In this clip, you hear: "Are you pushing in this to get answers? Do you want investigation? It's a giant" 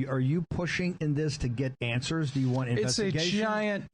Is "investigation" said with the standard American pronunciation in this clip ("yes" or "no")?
no